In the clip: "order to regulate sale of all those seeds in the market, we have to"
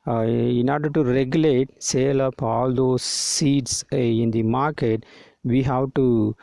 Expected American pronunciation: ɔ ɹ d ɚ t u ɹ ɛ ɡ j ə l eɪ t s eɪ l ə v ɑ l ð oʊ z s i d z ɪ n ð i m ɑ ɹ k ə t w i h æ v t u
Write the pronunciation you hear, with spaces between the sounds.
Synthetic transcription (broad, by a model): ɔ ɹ d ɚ t u ɹ ɛ ɡ j ə l eɪ t s eɪ l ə p ɑ l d oʊ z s i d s ɪ n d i m ɑ ɹ k ə t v i h æ v t u